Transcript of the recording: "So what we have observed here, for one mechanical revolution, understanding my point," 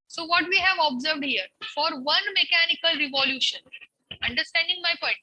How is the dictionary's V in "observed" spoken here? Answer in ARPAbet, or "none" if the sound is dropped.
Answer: V